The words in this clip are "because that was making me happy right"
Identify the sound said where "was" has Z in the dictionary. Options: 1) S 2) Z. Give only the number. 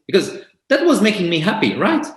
2